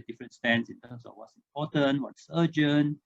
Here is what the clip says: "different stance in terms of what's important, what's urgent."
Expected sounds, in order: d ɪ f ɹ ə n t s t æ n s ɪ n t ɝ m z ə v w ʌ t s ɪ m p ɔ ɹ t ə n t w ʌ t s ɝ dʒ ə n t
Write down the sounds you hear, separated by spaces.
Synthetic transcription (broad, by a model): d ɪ f ɹ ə n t s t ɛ n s ɪ n t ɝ m s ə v w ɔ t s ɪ m p ɔ t ə n w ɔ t s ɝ dʒ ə n